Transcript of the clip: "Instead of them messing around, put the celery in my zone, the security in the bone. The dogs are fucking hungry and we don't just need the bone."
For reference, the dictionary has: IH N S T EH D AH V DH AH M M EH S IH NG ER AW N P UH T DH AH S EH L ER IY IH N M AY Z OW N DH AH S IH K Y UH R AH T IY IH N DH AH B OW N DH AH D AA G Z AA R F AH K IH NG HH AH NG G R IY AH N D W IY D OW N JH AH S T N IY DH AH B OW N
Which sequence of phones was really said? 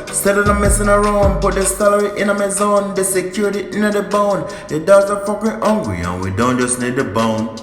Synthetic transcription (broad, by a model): S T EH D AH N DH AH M M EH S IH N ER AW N P UH T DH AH S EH L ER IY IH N M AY Z OW N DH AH S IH K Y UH R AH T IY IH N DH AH B OW N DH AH D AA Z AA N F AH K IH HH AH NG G L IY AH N W IY D OW N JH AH S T N IY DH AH B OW N